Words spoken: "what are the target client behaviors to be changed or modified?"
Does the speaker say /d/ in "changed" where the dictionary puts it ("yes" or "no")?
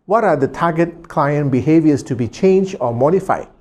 no